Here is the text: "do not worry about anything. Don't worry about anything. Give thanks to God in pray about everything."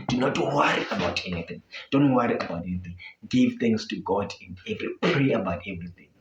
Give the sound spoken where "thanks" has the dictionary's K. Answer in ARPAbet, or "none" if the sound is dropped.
none